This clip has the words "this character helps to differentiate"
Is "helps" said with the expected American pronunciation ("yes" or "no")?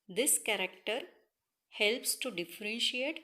yes